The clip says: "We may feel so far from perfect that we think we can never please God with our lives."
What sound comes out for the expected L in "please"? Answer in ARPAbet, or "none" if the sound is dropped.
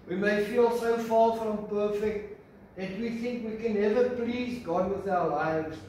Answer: L